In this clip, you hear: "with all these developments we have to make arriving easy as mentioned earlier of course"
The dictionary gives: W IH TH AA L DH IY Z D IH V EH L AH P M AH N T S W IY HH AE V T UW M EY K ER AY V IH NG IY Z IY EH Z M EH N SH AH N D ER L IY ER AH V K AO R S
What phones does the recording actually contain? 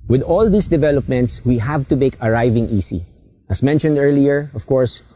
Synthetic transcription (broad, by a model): W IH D AA L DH IY S D IH V EH L AH P M AH N T S W IY HH AE V T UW M EY K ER AY V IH NG IY S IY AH S M EH N SH AH N D ER L IY ER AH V K AO R S